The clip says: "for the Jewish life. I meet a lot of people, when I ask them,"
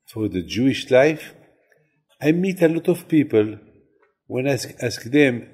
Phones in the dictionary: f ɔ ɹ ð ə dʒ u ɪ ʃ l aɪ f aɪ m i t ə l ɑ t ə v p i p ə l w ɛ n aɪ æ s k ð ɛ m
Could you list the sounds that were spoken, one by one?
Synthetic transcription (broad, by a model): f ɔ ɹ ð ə dʒ u ɪ ʃ l aɪ f aɪ m i t ə l ɑ t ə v p i p ə l w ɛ n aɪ æ s k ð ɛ m